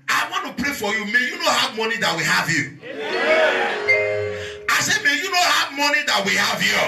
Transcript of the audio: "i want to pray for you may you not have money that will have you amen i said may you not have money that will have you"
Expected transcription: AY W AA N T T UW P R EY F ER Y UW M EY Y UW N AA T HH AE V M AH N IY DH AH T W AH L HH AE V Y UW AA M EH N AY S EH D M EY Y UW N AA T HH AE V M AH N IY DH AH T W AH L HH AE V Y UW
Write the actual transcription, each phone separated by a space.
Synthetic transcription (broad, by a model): AY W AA N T T UW P R EY F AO Y UW M EY Y UW N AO HH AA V M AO N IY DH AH T W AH HH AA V Y UW AA IH S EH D M EY Y UW N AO HH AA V M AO N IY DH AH T W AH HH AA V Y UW